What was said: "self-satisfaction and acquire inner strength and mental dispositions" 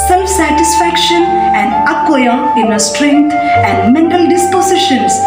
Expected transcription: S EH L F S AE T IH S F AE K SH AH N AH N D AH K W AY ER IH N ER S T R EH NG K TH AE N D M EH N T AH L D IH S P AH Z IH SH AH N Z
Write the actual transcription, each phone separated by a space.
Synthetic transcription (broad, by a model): S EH L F S AE T IH S F AE K SH AH N AH N D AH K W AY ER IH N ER S T R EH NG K T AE N D M EH N T AH L D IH S P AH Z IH SH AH N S